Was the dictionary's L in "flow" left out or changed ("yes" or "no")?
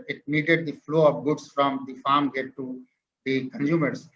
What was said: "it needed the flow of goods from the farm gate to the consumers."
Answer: no